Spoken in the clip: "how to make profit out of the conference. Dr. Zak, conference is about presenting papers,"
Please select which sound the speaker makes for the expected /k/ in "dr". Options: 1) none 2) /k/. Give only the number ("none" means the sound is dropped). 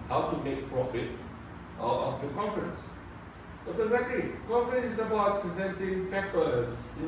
1